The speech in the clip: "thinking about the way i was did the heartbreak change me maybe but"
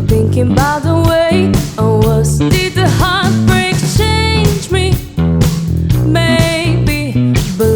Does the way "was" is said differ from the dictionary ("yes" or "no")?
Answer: yes